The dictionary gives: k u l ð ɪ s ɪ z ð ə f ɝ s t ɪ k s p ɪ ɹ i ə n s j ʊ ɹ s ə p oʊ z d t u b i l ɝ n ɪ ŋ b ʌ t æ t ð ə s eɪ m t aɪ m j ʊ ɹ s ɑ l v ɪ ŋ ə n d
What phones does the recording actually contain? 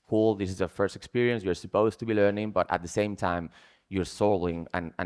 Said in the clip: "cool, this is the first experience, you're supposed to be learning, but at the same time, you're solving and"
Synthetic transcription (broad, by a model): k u l ð ɪ s ɪ z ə f ɝ s t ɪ k s p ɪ ɹ i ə n s j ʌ ɹ s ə p oʊ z t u b i l ɝ n ɪ ŋ b ʌ t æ t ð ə s eɪ m t aɪ m j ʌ ɹ s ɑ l ɪ ŋ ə n